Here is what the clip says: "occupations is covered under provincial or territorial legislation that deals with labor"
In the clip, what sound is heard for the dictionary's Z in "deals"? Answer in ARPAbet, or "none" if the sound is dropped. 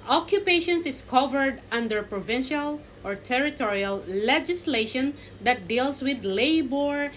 S